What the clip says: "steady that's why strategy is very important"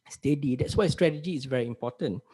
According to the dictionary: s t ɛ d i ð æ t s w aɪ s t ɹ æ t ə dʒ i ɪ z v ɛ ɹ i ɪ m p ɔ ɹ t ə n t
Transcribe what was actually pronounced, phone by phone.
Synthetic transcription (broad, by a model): s t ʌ d i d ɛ t s w aɪ s t ɹ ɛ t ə dʒ i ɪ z v ɛ ɹ i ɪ m p ɔ t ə n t